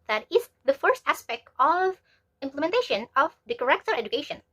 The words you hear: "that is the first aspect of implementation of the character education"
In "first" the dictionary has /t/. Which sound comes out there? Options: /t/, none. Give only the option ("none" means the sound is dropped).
/t/